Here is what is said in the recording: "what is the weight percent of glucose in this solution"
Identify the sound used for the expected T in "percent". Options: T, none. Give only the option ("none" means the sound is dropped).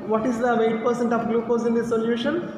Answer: T